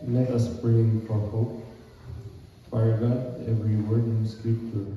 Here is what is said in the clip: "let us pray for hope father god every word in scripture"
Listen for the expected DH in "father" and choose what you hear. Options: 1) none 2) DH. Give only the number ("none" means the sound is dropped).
1